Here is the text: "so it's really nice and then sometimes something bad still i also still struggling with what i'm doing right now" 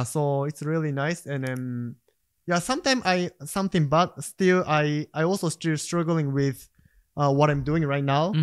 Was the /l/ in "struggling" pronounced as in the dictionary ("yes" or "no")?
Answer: yes